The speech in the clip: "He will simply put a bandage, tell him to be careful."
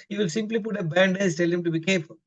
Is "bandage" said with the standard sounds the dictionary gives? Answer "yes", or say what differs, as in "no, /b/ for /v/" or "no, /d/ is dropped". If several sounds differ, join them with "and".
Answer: no, /z/ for /dʒ/